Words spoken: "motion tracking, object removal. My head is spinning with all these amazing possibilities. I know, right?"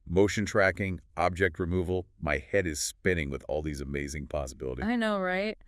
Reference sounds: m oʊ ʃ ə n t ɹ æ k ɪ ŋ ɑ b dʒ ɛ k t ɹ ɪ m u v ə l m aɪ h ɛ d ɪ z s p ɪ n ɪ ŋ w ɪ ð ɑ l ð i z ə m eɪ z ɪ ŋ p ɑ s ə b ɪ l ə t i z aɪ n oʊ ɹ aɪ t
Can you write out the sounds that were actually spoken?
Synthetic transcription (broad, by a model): m oʊ ʃ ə n t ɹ æ k ɪ ŋ ɑ b dʒ ɛ k t ɹ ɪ m u v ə l m aɪ h ɛ d ɪ z s p ɪ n ɪ ŋ w ɪ ð ɑ l ð i z ə m eɪ z ɪ ŋ p ɑ s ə b ɪ l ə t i aɪ n oʊ ɹ aɪ t